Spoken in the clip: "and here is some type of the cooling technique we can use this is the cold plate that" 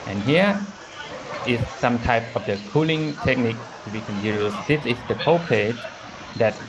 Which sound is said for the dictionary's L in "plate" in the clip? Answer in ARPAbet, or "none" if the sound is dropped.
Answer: none